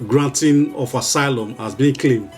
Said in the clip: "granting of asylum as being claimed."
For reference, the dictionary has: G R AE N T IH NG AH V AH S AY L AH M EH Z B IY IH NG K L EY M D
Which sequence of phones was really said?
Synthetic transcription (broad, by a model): G R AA N T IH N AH F AH S AY L AH M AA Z B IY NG K L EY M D